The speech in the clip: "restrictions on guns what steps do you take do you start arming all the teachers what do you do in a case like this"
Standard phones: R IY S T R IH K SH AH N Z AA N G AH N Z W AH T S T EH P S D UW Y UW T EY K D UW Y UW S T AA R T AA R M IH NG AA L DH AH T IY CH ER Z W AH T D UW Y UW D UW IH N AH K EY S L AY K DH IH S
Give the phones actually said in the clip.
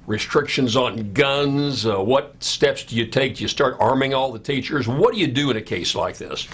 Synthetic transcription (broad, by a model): R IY S T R IH K SH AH N Z N G AH N Z W AH T S T EH P S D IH Y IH T EY K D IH Y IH S T AA R T AA R M IH NG AA L DH AH T IY CH ER Z W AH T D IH Y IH D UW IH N AH K EY S L AY K DH IH S